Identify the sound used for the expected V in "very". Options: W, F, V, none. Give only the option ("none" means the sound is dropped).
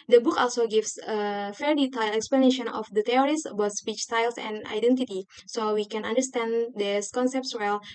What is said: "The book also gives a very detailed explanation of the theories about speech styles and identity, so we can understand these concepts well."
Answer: F